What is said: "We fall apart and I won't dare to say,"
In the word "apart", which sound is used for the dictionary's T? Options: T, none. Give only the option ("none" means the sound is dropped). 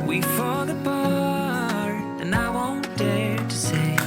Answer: none